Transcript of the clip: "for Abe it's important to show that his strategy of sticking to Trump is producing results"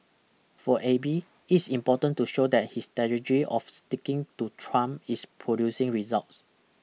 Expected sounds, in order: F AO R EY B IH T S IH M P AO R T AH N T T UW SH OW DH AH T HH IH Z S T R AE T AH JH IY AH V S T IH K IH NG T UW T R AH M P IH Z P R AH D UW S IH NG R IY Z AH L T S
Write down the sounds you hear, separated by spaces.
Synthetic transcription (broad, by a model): F AO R EY B IH T S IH M P AO T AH N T T UW SH OW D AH T HH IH S T EH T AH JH IY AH F S T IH K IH NG T UW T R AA M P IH S P R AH D UW S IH NG R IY Z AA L T S